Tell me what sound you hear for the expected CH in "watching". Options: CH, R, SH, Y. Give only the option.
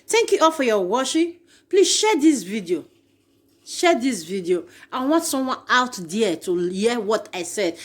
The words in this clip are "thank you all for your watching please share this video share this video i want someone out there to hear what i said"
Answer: SH